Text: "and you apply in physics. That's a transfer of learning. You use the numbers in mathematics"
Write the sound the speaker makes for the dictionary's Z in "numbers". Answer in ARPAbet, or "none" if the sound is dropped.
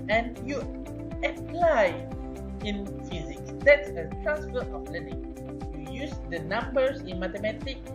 S